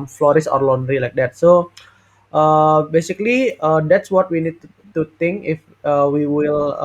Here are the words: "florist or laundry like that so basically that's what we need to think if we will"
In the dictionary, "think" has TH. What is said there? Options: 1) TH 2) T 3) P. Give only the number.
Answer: 2